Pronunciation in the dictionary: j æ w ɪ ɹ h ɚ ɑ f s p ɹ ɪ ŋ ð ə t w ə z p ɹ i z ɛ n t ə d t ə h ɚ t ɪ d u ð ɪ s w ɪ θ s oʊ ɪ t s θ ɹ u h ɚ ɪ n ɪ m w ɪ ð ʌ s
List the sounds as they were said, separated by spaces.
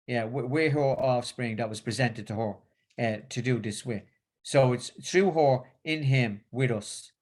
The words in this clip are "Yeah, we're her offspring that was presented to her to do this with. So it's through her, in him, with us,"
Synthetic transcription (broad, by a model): j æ w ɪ w h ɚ ɑ f s p ɹ ɪ ŋ ð ə t w ə z p ɹ i z ɛ n t ə d t ə h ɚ t ɪ d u ð ɪ s w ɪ s oʊ ɪ t s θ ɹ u h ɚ ɪ n ɪ m w ɪ ð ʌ s